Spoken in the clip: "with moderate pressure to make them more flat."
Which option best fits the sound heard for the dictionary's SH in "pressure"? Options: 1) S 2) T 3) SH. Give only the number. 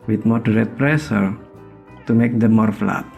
1